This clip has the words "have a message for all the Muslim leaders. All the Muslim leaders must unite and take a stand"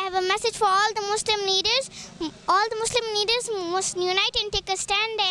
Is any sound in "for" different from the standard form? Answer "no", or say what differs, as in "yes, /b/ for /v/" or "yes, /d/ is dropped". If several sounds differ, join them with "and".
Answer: no